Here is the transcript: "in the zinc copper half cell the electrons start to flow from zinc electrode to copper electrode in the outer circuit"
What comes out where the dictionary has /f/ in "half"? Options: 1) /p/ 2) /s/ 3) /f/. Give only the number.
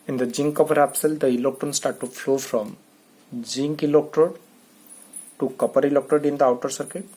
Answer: 1